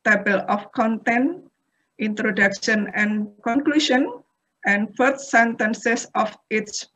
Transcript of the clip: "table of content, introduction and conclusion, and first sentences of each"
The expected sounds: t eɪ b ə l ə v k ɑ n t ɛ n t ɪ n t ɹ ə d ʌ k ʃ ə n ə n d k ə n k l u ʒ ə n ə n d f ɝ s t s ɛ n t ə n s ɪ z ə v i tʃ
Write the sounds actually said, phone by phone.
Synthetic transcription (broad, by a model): t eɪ b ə l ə f k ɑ n t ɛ n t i n t ɹ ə d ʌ k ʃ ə n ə n k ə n k l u ʃ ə n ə n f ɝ t s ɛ n t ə n s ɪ s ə f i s